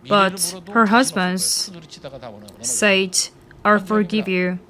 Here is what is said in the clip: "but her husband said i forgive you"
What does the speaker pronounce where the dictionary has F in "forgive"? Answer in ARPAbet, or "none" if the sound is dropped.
F